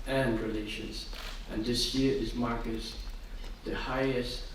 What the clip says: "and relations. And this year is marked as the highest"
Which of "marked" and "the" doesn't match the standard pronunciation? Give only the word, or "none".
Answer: marked